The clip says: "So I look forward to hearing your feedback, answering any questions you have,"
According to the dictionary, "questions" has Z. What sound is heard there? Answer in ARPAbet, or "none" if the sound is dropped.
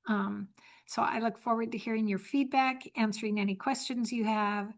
Z